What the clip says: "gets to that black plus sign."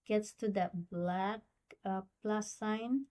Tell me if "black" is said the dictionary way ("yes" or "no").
yes